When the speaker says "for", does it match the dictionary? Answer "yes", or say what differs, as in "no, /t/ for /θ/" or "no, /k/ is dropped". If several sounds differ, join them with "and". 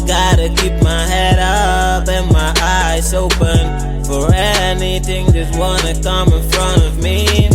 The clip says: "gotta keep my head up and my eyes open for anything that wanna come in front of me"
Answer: yes